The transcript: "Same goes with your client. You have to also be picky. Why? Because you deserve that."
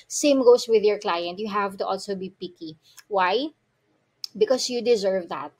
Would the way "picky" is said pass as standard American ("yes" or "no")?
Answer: yes